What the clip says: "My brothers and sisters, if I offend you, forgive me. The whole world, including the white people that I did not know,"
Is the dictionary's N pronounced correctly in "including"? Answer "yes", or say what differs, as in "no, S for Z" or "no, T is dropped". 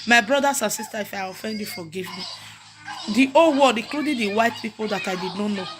no, N is dropped